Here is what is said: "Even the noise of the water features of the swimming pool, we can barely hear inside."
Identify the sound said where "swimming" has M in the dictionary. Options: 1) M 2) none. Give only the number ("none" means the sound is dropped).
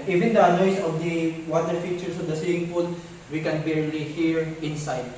2